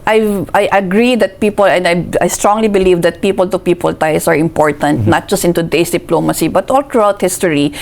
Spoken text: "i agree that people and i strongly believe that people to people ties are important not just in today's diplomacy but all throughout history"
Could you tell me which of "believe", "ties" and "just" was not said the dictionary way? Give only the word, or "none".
ties